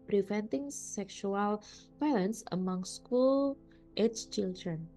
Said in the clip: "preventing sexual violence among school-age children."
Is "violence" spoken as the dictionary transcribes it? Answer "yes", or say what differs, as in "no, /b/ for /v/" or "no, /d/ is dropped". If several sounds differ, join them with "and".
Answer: no, /b/ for /v/